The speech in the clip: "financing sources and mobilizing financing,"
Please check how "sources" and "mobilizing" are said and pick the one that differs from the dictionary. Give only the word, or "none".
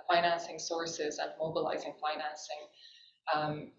none